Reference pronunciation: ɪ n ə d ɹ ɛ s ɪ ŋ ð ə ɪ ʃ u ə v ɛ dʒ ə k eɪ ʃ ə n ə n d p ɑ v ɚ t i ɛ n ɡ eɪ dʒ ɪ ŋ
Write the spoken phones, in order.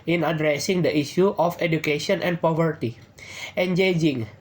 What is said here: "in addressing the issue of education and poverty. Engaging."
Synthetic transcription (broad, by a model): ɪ n ə d ɹ ɛ s ɪ ŋ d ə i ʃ u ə f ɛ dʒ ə k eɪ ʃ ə n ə n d p ɑ v ɚ t i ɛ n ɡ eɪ dʒ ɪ ŋ